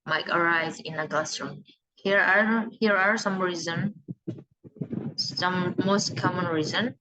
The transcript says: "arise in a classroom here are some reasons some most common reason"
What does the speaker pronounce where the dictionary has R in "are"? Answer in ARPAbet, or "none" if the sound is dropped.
R